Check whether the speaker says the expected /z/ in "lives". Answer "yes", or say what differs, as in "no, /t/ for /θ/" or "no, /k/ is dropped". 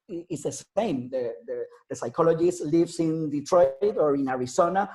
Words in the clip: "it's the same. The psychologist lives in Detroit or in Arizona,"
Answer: no, /s/ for /z/